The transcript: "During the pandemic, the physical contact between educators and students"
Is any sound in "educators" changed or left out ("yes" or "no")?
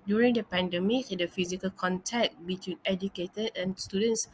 yes